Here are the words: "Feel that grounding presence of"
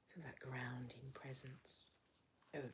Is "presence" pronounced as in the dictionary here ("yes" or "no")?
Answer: yes